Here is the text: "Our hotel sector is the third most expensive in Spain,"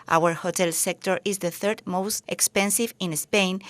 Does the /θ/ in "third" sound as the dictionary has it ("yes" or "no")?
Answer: yes